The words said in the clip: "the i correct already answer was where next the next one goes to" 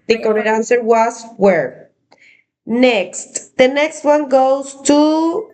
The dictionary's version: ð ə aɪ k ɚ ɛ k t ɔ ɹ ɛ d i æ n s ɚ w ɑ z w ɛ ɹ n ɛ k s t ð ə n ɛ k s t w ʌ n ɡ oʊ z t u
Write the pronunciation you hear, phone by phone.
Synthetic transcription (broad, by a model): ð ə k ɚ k ɔ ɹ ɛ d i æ n s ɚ w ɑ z w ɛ ɹ n ɛ k s t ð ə n ɛ k s t w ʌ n ɡ oʊ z t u